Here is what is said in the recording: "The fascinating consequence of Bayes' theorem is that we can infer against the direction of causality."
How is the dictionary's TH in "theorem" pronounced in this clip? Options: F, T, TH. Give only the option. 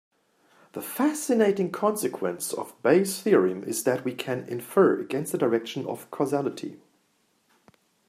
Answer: TH